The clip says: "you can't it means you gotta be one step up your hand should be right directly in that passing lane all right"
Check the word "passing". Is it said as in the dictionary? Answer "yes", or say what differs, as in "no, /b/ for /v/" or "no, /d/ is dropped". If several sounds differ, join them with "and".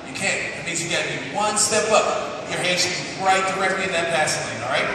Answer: no, /f/ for /p/